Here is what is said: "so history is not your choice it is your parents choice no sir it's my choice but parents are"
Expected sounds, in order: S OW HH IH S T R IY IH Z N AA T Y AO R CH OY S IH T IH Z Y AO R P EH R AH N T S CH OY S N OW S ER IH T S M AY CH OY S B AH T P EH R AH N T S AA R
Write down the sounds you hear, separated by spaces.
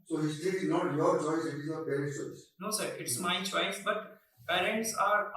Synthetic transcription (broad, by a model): S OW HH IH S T IY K S N AA T Y AO R CH OY S IH T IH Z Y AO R P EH R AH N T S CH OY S N OW S ER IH T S M AY CH OY S B AH T P EH R AH N T S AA R